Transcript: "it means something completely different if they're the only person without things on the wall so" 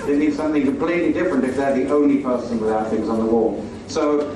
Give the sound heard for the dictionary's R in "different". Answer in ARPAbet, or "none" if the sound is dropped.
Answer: R